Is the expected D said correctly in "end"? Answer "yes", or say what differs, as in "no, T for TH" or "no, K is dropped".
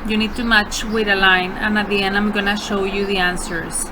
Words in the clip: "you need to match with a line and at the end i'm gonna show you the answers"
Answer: no, D is dropped